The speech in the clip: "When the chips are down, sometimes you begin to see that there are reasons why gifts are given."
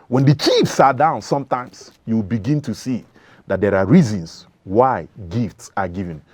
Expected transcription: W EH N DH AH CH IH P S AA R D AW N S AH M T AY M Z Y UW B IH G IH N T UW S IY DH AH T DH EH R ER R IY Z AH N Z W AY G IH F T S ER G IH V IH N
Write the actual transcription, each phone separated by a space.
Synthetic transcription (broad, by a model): W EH N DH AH CH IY F S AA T D AW N S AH M T AY M S Y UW B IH G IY N T UW S IY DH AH T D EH R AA R IY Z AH N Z W AY G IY F T S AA G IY V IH N